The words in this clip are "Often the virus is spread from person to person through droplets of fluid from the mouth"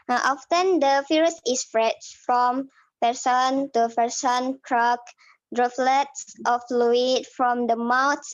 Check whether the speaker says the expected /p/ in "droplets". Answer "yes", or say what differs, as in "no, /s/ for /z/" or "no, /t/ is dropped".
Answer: no, /f/ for /p/